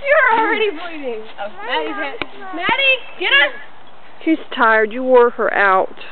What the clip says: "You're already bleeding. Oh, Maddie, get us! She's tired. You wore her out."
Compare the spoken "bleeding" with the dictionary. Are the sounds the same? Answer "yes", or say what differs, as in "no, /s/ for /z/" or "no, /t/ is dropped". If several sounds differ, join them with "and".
no, /l/ is dropped